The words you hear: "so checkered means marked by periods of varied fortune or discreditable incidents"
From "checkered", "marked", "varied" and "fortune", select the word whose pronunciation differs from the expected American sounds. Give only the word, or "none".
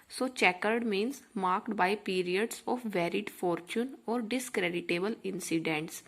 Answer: none